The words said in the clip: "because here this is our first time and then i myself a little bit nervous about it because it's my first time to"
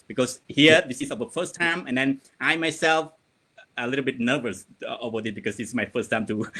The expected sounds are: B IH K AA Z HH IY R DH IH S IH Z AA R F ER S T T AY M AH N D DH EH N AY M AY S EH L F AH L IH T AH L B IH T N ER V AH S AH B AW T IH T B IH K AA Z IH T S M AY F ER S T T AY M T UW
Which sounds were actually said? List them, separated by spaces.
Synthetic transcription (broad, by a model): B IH K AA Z HH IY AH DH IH S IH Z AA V F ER S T T AY M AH N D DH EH N AY M AY S EH L F AH L IH T AH L B IH T N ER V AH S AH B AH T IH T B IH K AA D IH S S M AY F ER S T T AY M T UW